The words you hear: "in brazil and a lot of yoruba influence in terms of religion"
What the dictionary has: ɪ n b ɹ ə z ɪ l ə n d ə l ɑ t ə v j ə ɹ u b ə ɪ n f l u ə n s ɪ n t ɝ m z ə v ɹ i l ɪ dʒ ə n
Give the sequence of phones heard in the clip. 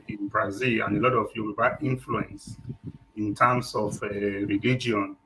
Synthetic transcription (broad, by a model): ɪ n b ɹ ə z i l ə n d ə l ɑ t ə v j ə w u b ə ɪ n f l u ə n s ɪ n t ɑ m s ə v ɹ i l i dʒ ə n